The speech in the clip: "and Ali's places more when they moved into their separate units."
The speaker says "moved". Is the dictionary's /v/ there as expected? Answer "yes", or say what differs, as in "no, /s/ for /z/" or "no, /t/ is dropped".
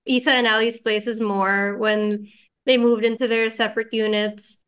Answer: yes